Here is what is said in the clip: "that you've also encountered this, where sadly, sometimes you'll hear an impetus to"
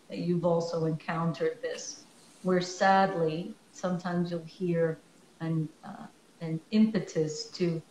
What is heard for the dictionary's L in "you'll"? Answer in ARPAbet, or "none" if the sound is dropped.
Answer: L